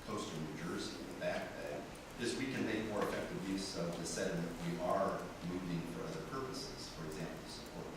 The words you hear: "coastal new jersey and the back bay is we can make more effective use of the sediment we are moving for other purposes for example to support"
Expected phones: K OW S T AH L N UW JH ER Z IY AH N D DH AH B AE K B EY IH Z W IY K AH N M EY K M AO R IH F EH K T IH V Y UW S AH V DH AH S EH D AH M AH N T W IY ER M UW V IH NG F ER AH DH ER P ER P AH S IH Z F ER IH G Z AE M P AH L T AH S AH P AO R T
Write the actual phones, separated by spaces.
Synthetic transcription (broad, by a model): K OW S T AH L N UW JH ER Z IY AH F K DH AH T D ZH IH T W IY K AH N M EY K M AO R IH F EH K T IH V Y UW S AH V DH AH S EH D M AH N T W IY ER M UW V IH NG F ER AH DH ER P ER P AH S IH Z F ER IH G Z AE M P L S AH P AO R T